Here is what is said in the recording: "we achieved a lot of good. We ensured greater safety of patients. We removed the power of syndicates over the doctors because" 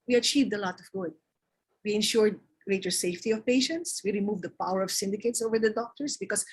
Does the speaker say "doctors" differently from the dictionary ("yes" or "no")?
yes